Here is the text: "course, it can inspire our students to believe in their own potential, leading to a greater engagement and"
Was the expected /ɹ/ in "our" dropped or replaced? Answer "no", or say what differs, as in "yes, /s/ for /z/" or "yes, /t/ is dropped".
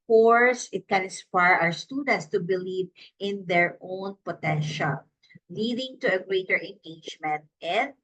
yes, /w/ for /ɹ/